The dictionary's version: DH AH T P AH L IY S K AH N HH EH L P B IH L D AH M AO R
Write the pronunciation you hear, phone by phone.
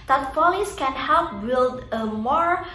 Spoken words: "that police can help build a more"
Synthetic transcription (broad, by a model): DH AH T F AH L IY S K AH N HH EH L P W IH D AH M AO R